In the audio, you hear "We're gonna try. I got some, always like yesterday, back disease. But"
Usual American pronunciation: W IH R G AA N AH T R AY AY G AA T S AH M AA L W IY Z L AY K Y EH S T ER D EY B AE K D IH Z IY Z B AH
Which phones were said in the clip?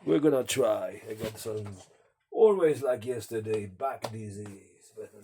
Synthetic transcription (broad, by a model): W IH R G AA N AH T R AY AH G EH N S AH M AA L W IY Z L AY K Y EH S T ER D EY B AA K D IH Z IY Z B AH